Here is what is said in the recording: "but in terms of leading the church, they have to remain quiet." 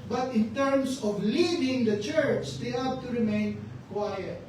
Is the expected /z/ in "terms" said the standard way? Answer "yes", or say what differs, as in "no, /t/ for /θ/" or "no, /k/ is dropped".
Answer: no, /s/ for /z/